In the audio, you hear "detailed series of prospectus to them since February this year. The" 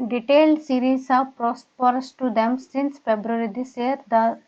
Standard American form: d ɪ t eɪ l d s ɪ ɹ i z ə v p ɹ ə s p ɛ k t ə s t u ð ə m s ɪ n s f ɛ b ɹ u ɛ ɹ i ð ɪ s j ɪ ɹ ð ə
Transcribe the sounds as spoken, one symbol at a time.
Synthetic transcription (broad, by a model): d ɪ t eɪ l d s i ɹ i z ə v p ɹ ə s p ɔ t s t u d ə m s ɪ n s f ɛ b ɹ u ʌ ɹ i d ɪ s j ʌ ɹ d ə